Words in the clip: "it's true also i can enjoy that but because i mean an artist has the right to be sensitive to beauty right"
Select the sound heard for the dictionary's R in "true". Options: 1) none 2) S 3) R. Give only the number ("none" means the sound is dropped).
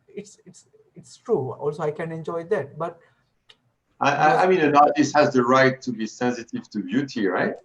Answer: 3